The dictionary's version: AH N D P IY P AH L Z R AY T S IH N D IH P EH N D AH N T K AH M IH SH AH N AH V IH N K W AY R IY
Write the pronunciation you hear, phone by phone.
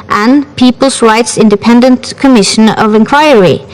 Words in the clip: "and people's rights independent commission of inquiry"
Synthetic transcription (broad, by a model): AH N P IY P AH L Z R AY T S IH N D IH P EH N D AH N T K AH M IH SH AH N AH V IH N K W AY R IY